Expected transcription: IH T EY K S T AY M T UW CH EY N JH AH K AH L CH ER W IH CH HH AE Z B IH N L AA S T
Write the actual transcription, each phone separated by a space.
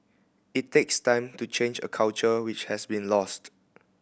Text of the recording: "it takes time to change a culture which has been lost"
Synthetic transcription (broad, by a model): IH T EY K S T AY M T UW CH EY N JH AH K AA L CH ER W IH CH HH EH S B IH N L AA S T